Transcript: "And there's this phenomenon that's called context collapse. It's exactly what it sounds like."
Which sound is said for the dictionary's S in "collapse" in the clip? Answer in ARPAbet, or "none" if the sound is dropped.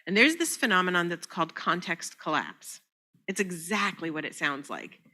S